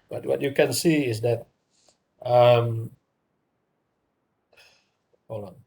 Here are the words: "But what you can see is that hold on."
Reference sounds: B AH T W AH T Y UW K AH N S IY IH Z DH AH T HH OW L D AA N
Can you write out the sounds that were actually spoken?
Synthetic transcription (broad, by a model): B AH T W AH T Y UW K AH N S IY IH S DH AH T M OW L AA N